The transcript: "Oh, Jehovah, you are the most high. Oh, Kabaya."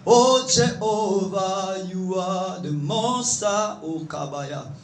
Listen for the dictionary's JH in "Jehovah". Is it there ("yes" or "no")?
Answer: no